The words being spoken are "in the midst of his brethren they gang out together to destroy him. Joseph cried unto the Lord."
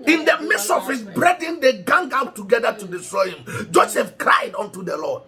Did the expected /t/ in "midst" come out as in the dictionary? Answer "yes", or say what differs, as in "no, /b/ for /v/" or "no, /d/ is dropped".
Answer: no, /t/ is dropped